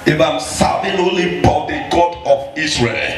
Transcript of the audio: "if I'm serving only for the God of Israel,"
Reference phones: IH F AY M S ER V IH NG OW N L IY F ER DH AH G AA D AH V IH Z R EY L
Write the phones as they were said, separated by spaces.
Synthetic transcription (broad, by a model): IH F AY M S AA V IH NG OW L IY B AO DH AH G AA D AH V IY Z R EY L